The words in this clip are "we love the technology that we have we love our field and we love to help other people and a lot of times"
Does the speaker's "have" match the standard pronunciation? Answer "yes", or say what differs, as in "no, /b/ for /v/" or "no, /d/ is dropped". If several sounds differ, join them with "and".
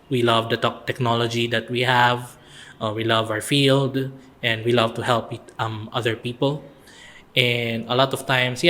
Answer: yes